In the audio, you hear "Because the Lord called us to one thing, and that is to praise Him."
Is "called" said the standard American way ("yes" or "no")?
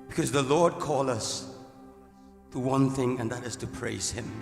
no